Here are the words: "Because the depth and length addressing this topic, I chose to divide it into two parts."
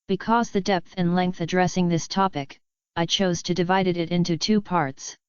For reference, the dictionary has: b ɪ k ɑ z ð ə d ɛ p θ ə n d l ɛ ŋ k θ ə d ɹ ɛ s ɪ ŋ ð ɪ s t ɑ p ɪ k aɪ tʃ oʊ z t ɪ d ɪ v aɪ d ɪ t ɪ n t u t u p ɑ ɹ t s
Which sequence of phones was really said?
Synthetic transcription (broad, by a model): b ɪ k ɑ z ð ə d ɛ p θ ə n l ɛ ŋ k θ ə d ɹ ɛ s ɪ ŋ ð ɪ s t ɑ p ɪ k aɪ tʃ oʊ z t ɪ d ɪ v aɪ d ɪ t ɪ n t u t u p ɑ ɹ t s